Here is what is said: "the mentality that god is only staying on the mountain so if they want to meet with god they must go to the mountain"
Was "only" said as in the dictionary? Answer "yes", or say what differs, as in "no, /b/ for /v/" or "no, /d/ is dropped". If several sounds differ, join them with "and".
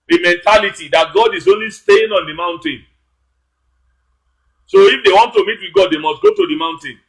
yes